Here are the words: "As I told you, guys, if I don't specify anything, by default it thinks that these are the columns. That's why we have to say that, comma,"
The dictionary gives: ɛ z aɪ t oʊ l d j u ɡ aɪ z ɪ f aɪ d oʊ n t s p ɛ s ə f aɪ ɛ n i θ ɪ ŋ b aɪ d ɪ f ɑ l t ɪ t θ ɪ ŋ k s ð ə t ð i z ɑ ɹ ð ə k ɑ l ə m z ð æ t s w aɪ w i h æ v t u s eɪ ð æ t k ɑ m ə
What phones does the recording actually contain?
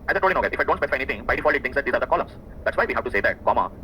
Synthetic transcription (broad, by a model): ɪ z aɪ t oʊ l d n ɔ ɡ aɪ ɪ f aɪ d oʊ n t s p ɛ s ə f aɪ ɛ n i t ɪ ŋ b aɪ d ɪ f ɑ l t ɪ t t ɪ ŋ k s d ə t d i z ɑ ɹ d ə k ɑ l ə m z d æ t s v aɪ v i h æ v t u s eɪ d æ t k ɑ m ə